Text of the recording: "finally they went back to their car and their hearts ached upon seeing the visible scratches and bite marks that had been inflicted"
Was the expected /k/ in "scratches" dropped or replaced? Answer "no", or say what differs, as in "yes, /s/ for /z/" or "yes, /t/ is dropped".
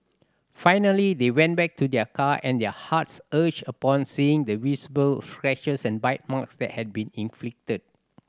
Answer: yes, /k/ is dropped